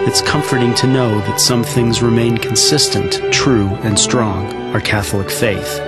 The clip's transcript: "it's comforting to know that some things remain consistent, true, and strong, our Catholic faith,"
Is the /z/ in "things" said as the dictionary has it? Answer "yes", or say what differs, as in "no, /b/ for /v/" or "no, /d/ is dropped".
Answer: yes